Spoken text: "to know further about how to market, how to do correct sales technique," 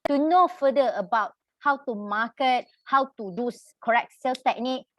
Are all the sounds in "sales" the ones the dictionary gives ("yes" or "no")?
no